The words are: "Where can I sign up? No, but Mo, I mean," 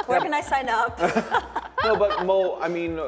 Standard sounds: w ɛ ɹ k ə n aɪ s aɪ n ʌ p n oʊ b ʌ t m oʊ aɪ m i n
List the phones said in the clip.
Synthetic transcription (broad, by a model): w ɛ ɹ k ə n aɪ s aɪ n ʌ p n oʊ b ʌ t m oʊ aɪ m i n